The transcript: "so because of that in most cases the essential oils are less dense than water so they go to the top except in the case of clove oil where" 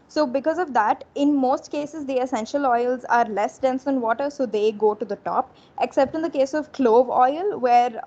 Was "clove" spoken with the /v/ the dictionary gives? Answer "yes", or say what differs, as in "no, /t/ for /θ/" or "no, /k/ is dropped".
yes